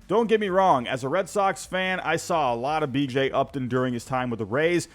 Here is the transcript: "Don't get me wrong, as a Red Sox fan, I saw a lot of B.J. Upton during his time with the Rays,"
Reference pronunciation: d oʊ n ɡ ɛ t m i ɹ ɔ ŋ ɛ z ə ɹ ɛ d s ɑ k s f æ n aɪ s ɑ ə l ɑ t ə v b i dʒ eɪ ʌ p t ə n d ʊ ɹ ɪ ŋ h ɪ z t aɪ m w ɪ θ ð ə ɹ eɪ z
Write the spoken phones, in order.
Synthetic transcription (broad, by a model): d oʊ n ɡ ɛ t m i ɹ ɔ ŋ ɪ z ə ɹ ɛ d s ɑ k s f æ n aɪ s ɑ ə l ɑ t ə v b i dʒ eɪ ʌ p t ə n d ʊ ɹ ɪ ŋ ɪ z t aɪ m w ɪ ð ə ɹ eɪ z